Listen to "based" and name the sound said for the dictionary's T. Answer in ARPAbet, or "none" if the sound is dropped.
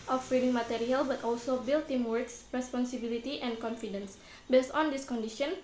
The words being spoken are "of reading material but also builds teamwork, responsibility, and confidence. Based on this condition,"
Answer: T